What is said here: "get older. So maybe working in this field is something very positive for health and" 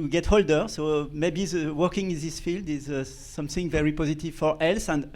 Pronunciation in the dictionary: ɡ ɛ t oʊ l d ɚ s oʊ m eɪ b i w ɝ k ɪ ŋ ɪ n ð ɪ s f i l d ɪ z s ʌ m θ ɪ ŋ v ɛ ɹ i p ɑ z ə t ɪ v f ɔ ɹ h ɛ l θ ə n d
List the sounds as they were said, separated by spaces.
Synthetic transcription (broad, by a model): ɡ ɛ t oʊ l d ɚ s oʊ m eɪ b i w ɝ k ɪ ŋ ɪ n ð ɪ s f i l d ɪ z s ʌ m θ ɪ ŋ v ɛ ɹ i p ɑ z ə t ɪ v f ɔ ɹ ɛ l s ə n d